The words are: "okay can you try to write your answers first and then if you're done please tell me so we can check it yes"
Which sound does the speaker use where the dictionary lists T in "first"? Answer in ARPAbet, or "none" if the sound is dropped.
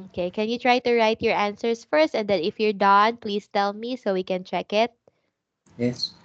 T